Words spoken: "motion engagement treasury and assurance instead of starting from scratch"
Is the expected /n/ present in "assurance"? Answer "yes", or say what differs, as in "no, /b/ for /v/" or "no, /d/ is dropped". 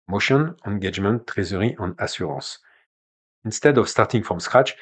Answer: no, /n/ is dropped